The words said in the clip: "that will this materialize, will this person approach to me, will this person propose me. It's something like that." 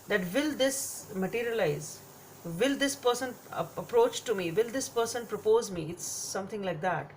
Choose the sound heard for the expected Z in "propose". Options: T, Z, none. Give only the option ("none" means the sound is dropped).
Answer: Z